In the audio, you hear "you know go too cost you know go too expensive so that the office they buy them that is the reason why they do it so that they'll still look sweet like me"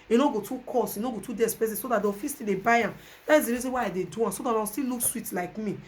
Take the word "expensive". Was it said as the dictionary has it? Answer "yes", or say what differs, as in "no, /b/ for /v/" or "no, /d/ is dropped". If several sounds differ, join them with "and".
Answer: no, /k/ is dropped and /n/ is dropped